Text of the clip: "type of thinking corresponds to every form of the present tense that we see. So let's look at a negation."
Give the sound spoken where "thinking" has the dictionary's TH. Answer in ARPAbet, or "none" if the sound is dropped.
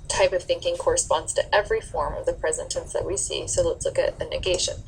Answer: TH